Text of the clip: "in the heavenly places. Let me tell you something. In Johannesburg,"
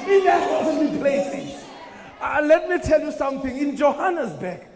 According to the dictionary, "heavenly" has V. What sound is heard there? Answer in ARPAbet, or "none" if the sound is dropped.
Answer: W